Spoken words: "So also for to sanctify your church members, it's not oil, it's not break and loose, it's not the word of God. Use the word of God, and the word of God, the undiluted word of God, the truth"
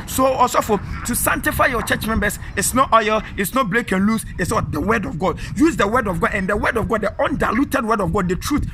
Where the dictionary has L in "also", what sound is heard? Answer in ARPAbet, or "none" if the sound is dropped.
none